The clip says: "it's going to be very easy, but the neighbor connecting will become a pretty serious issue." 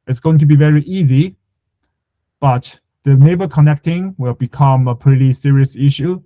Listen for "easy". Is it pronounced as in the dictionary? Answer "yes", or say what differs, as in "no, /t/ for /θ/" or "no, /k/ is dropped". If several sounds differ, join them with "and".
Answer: yes